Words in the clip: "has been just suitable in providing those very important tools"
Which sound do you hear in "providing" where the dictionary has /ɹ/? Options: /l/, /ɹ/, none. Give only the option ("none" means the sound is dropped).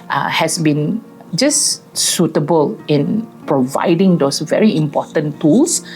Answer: /ɹ/